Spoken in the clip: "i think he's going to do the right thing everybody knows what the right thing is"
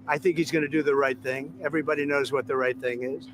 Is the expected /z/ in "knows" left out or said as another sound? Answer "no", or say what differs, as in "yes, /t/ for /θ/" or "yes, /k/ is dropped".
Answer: no